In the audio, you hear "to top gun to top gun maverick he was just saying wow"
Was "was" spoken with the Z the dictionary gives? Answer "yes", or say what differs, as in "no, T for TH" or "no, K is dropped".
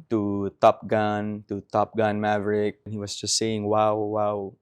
no, S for Z